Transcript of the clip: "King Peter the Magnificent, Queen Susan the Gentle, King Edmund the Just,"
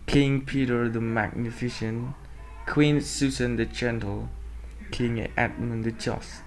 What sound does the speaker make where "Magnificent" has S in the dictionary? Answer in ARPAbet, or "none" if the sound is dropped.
SH